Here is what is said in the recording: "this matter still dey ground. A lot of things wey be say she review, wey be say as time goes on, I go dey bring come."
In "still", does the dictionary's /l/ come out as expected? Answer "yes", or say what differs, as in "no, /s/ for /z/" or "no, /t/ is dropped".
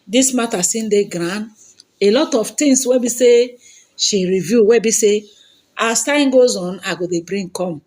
no, /n/ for /l/